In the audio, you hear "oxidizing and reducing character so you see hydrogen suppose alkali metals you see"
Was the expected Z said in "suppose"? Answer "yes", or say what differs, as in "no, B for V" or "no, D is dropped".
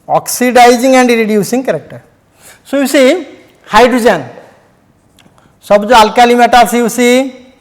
no, Z is dropped